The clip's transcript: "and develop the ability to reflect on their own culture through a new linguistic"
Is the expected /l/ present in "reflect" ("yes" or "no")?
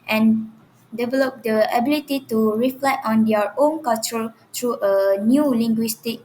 yes